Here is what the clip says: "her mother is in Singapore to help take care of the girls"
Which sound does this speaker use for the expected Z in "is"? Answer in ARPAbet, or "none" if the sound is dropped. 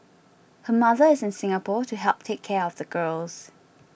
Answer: Z